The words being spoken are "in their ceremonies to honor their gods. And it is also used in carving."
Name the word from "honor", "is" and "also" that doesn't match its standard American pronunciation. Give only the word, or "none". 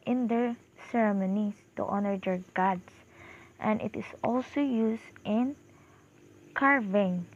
is